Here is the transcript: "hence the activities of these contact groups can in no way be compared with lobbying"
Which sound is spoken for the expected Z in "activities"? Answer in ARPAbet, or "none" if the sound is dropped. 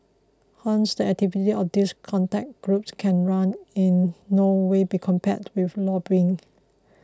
none